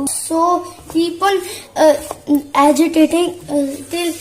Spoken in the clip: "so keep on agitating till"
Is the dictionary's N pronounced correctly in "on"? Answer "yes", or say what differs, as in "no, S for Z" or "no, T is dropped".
no, L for N